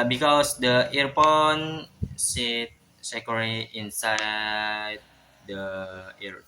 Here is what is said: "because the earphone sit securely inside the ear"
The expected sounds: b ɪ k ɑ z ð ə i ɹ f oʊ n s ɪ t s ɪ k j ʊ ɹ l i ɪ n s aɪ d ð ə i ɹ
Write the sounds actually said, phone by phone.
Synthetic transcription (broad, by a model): b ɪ k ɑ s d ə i ɹ p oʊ n s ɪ t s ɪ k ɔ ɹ i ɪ n s aɪ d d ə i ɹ